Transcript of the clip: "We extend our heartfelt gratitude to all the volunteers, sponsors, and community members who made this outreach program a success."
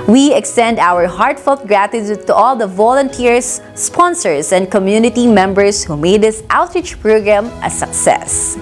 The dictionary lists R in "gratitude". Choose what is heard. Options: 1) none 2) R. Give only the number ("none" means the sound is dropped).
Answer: 2